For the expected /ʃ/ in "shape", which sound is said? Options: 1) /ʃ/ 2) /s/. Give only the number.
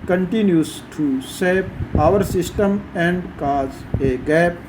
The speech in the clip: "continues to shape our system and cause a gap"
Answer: 2